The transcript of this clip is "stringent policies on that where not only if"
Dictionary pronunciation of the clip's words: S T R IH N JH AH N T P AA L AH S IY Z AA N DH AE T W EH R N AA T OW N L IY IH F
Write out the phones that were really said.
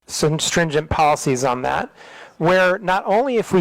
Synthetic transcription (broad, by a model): S T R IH N JH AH N P AA L AH S IY Z N DH AE T W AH R N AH T OW N L IY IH F